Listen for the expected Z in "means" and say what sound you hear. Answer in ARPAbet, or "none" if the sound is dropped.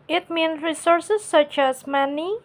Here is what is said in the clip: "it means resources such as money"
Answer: none